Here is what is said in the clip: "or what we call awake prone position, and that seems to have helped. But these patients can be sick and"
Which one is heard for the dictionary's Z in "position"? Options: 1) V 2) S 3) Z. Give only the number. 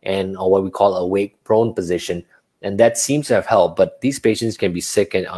3